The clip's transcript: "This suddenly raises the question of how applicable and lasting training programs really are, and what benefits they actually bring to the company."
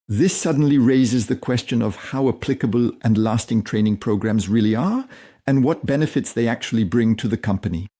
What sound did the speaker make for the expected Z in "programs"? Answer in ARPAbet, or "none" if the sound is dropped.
Z